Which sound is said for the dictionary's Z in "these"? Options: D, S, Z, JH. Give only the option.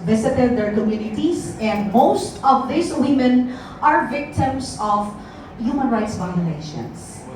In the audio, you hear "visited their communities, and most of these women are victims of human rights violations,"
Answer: S